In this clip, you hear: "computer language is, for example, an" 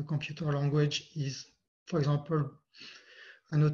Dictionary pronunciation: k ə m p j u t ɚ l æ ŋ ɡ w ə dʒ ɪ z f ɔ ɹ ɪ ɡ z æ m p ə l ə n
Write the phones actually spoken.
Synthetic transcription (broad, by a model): k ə p j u t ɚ l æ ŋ ɡ w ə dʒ ɪ z f ɔ ɹ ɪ ɡ z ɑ p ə l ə n